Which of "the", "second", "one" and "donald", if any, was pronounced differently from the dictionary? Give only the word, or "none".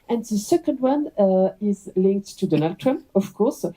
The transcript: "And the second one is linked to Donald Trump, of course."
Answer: none